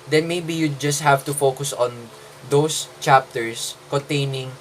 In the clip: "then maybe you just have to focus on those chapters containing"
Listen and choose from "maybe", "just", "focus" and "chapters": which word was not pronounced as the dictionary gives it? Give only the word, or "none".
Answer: chapters